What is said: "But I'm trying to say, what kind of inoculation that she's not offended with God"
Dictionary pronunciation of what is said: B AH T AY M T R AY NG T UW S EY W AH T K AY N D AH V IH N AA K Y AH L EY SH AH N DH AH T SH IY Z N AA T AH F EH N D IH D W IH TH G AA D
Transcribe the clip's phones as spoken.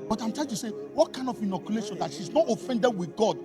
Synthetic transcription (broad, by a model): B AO T AY M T L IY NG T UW S EY W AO T K AY N D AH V IH N AA K Y AH L EY SH AH N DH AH T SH IY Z N AA T AH F EH N D IH D W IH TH G AA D